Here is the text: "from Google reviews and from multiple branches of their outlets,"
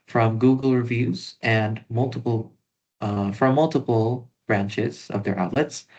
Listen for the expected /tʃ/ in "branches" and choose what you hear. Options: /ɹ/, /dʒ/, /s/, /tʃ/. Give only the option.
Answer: /tʃ/